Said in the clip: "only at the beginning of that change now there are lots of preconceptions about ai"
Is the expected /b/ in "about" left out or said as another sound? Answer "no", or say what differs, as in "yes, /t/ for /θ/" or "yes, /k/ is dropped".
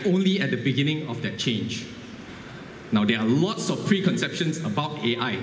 no